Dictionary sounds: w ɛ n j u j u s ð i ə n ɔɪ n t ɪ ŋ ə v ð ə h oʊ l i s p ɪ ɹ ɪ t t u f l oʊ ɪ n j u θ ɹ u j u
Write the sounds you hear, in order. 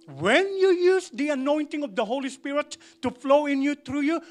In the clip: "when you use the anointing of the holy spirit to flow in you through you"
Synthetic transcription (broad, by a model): w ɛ n j u j u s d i ə n ɔɪ n t ɪ ŋ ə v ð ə h oʊ l i s p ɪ ɹ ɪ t t u f l oʊ ɪ n j u t ɹ u j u